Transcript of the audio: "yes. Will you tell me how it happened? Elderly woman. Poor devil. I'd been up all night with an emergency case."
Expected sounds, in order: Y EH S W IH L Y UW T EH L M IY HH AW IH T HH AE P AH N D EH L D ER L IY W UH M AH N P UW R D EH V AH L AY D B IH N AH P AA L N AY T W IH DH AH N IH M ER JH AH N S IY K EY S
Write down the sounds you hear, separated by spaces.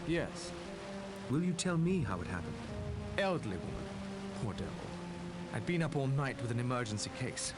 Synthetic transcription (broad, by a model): Y EH S W IH L Y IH T EH L M IY HH AW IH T HH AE P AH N EH L D ER L IY W UH M AH N P UW R D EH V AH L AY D B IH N AH P AA L N AY T W IH DH AH N IH M ER JH AH N S IY K EY S